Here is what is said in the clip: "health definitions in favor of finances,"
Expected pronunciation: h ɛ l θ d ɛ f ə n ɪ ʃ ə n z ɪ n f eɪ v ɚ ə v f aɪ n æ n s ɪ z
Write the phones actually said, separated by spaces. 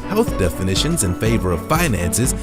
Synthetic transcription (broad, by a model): h ɛ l θ d ɛ f ə n ɪ ʃ ə n z ɪ n f eɪ v ɚ ə v f aɪ n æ n s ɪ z